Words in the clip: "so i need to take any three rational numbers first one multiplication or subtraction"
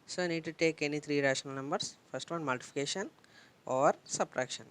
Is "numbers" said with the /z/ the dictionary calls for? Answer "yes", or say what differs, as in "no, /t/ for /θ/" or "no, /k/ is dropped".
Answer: no, /s/ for /z/